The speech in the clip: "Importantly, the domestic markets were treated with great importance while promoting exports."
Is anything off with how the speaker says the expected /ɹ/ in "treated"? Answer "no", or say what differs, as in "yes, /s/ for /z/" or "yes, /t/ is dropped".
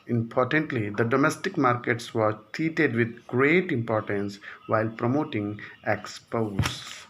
yes, /ɹ/ is dropped